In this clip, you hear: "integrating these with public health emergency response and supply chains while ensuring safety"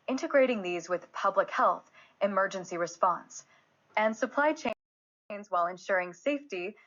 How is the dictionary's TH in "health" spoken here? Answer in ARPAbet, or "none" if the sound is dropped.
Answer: TH